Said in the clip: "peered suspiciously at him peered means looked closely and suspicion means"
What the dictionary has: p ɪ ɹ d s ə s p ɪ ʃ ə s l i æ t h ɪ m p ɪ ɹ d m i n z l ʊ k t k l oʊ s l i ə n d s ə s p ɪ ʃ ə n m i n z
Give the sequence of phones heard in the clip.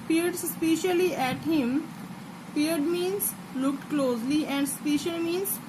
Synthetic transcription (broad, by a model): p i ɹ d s s p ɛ ʃ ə l i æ t h ɪ m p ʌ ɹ d m i n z l ʊ k t k l oʊ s l i ə n d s s p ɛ ʃ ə l m i n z